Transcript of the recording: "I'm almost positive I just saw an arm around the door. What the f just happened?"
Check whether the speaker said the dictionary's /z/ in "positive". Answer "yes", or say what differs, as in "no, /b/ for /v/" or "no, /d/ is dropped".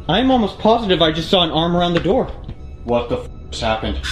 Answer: yes